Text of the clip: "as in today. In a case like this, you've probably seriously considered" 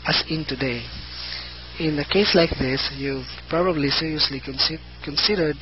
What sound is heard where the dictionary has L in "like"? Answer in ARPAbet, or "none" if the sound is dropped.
L